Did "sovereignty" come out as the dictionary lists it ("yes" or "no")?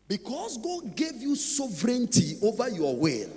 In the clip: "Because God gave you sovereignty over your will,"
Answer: yes